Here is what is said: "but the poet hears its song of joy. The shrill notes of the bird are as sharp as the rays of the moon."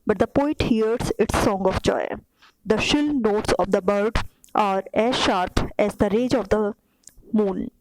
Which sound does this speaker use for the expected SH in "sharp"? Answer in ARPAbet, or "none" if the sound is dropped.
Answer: SH